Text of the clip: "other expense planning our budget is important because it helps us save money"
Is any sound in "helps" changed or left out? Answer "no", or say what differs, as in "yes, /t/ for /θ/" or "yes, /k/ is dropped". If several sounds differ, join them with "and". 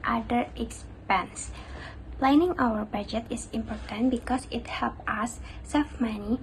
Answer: yes, /s/ is dropped